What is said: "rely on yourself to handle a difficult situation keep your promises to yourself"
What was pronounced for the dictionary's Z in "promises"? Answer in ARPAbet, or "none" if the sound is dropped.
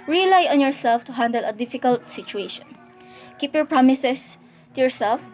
S